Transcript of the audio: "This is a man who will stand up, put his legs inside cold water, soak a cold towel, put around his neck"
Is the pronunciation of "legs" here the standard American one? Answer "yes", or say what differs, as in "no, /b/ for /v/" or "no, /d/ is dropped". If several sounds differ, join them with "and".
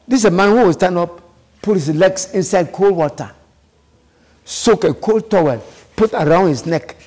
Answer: no, /s/ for /z/